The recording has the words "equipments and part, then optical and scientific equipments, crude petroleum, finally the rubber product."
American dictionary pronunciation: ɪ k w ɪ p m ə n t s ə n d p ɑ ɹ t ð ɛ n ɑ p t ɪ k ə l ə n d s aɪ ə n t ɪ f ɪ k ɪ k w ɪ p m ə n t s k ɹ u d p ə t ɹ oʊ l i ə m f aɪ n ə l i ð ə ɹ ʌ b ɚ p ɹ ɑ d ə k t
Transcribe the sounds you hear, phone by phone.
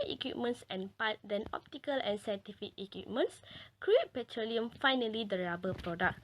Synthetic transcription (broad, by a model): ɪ k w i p m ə n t s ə n p ɑ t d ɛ n ɑ p t ɪ k ə l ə n s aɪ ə t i f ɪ k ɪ k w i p m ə n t s k ɹ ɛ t p ə t ɹ oʊ l i ə m f aɪ n ə l i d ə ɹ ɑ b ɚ p ɹ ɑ d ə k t